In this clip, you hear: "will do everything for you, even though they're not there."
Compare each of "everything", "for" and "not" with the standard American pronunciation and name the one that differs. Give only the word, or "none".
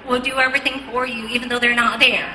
none